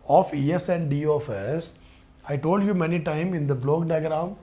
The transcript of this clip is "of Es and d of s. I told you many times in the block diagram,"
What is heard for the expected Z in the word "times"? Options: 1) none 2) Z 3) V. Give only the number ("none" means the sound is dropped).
1